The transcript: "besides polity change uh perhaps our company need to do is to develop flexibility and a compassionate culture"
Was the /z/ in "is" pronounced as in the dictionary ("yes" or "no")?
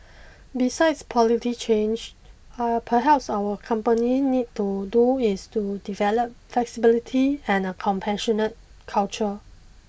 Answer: no